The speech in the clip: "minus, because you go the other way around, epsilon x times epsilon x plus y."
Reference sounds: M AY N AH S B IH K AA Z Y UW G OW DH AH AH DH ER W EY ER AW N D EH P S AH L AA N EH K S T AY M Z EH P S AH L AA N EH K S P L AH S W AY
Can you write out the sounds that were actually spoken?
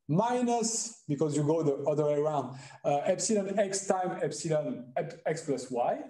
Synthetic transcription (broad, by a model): M AY N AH S B IH K AA Z Y UW G OW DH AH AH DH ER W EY ER AW N D EH P S AH L AA N EH K S T AY M EH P S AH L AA N EH K S P L AH S W AY